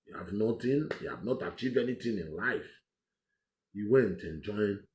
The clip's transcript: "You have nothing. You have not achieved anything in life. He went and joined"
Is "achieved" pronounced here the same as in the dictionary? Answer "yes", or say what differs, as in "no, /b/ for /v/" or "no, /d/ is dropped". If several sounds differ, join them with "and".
no, /d/ is dropped